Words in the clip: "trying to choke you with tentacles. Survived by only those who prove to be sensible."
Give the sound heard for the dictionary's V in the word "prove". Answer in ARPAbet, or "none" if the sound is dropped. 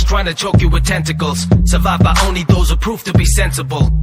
F